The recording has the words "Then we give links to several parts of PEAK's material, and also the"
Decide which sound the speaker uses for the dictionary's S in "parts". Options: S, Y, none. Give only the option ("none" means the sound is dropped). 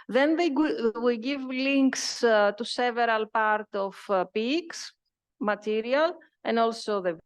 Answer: none